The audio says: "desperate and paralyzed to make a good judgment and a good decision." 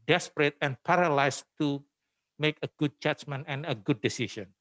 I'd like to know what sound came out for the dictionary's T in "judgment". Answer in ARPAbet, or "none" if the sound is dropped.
none